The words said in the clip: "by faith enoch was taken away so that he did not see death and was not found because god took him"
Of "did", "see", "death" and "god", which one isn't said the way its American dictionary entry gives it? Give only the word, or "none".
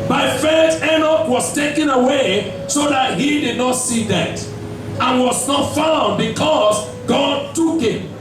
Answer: death